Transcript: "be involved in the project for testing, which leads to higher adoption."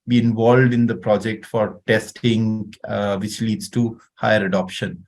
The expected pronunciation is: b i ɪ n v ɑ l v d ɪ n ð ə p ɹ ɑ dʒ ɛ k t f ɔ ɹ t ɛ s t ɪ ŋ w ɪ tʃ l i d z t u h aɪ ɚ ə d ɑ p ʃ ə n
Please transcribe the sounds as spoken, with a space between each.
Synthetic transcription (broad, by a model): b i ɪ n v ɑ l v d ɪ n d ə p ɹ ɑ dʒ ɛ k t f ɔ ɹ t ɛ s t ɪ ŋ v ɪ tʃ l i d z t u h aɪ ɚ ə d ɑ p ʃ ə n